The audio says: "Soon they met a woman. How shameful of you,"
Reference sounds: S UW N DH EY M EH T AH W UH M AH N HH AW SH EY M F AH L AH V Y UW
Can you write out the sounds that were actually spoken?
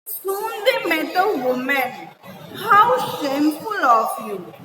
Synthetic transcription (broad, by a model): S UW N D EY M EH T AH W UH M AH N HH AW S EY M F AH L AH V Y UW